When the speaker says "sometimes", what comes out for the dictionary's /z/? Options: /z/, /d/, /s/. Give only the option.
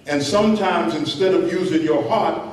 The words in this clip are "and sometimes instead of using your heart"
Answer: /z/